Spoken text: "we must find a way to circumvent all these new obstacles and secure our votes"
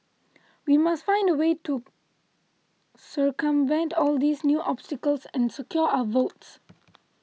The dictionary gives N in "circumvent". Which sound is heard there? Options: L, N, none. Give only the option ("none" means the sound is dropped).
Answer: N